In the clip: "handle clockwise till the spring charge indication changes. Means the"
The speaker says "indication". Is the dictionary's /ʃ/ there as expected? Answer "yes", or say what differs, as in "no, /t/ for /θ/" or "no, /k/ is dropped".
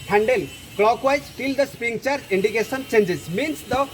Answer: no, /s/ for /ʃ/